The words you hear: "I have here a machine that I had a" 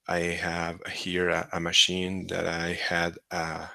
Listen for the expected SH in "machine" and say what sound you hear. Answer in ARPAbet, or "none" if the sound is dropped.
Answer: SH